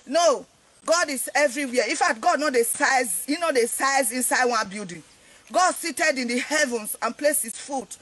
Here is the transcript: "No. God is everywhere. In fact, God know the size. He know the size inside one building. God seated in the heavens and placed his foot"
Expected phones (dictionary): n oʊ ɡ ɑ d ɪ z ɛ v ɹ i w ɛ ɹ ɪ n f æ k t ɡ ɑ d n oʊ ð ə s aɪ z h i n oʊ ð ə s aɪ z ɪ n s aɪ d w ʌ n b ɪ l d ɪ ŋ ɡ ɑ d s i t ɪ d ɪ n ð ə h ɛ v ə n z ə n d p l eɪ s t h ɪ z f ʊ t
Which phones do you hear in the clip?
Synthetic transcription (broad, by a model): n oʊ ɡ ɑ d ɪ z ɛ v ɹ i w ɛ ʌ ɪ f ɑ t ɡ ɑ d n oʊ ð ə s aɪ z h i n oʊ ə s aɪ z ɪ n s aɪ d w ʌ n b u d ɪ ɡ ɑ d s i t ɪ d ɪ n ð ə h ɛ v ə n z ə n p l eɪ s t h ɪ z f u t